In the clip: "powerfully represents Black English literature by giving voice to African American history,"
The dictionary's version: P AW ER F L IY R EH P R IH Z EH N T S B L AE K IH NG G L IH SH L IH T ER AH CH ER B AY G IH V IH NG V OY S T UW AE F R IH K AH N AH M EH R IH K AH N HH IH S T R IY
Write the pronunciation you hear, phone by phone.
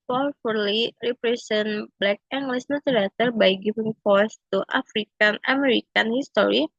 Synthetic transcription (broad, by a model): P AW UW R L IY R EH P R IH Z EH N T B L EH K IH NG G L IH S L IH T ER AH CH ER B AY G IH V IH NG F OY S T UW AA F R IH K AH N AH M EH R IH K AH N HH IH S T R IY